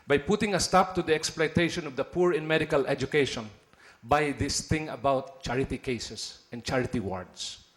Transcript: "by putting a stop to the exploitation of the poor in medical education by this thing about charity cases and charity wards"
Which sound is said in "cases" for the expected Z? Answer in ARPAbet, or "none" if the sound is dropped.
S